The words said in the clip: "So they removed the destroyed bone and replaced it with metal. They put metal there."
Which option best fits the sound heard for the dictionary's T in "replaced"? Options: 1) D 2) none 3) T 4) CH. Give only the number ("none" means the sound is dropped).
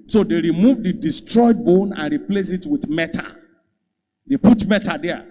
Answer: 2